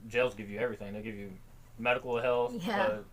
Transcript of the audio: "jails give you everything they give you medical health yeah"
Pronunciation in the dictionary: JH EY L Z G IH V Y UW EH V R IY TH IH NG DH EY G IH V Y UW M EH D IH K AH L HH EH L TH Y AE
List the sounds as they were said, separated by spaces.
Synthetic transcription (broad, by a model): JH EY L Z G IH V Y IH EH V R IY TH IH NG DH EY G IH V Y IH M EH D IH K L HH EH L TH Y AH